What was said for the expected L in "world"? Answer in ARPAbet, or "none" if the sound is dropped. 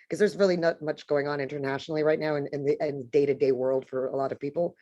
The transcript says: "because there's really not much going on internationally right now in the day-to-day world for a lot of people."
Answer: L